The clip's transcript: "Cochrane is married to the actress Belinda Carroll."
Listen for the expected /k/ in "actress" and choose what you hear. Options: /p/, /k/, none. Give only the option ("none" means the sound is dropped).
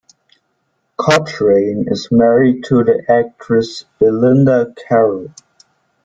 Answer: /k/